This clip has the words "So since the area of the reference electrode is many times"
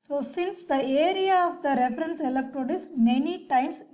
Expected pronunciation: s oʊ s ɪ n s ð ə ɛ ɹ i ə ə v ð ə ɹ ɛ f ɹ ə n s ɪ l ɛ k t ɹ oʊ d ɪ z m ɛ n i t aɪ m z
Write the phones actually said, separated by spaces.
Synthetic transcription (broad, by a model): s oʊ s ɪ n s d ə ɛ ɹ i ə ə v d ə ɹ ɛ f ɹ ə n s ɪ l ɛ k t oʊ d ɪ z m ɛ n i t aɪ m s